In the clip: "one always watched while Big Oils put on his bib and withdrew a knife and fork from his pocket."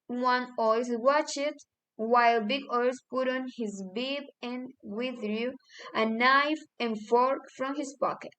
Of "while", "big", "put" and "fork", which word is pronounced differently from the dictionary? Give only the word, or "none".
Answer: none